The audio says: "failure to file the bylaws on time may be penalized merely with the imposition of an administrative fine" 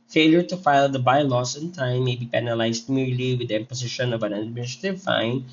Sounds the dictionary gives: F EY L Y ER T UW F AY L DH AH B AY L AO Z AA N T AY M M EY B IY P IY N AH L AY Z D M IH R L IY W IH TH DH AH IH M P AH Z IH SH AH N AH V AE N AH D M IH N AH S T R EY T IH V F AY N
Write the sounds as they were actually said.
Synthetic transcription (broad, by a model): F EY L Y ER T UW F AY L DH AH B AY L AO S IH N T AY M M EY B IY P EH N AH L AY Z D M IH R L IY W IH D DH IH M P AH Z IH SH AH N AH V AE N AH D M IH N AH S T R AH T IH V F AY N